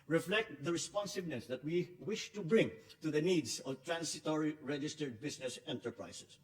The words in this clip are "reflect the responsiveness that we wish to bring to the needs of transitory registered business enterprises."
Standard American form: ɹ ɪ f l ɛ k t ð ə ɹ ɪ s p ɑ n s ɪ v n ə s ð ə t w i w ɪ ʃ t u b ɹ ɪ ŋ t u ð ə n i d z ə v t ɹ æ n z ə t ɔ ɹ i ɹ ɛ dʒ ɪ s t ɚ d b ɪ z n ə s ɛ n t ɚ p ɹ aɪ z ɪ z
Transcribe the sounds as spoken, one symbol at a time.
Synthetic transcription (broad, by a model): ɹ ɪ f l ɛ k t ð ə ɹ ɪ s p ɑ n s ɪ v n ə s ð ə t w i w ɪ ʃ t u b ɹ ɪ ŋ t u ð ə n i d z ə v t ɹ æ n s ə t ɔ ɹ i ɹ ɛ dʒ ɪ s t ɚ d b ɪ s n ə s ɛ n t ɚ p ɹ aɪ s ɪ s